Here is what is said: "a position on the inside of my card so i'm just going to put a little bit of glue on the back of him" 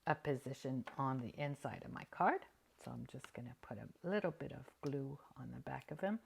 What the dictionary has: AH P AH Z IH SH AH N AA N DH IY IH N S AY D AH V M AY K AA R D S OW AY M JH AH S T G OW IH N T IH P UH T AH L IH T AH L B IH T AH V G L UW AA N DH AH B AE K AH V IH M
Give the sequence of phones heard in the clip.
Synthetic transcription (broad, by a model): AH P AH Z IH SH AH N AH N DH IY IH N S AY D AH V M AY K AA R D S OW AY M JH AH S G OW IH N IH P UH T AH L IH T L B IH T AH V G L UW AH N DH AH B AE K AH V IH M